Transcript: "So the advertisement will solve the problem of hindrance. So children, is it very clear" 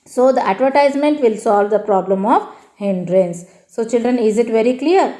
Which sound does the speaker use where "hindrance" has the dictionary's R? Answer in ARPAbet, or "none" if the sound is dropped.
R